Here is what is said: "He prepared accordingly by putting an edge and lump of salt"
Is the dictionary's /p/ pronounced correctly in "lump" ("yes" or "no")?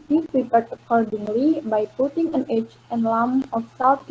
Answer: no